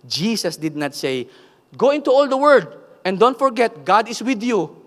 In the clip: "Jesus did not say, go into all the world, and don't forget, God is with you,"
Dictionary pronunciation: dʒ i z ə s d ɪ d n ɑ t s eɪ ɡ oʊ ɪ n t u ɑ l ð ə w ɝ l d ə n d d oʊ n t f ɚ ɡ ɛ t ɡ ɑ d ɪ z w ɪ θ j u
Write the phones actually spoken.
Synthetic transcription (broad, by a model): dʒ i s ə s d ɪ d n ɑ t s eɪ ɡ oʊ ɪ n t u ɑ l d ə w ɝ d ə n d d oʊ n t f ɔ ɡ ɛ t ɡ ɑ d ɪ s w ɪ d j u